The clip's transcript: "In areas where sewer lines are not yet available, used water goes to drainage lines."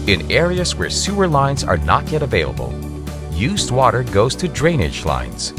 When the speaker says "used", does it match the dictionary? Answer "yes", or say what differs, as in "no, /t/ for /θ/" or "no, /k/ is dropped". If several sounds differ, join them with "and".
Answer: yes